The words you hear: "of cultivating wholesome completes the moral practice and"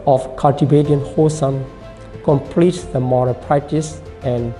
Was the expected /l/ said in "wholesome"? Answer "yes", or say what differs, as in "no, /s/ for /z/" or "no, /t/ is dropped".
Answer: no, /l/ is dropped